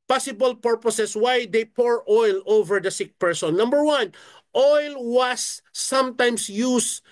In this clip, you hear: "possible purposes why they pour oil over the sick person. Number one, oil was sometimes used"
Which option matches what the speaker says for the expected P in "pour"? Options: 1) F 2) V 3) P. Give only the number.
3